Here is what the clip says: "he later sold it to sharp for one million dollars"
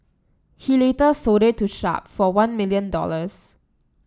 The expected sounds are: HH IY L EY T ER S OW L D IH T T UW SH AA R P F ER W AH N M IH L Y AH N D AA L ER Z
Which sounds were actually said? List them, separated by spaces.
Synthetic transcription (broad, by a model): HH IY L EY T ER S OW D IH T T UW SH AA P F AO W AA N M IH L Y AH N D AA L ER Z